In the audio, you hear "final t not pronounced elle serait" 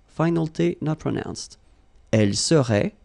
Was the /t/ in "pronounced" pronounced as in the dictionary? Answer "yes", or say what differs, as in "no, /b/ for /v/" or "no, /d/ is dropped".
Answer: yes